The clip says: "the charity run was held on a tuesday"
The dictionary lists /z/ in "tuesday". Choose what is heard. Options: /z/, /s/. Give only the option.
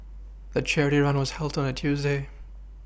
/z/